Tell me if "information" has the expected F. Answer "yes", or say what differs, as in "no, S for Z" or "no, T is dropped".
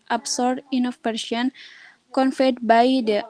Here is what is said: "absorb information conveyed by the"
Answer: no, F is dropped